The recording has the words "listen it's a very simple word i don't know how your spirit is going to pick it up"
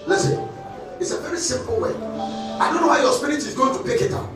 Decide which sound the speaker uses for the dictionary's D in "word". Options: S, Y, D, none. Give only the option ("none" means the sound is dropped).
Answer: none